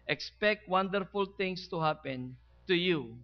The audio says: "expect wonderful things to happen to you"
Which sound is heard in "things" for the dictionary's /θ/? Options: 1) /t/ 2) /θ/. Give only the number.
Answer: 1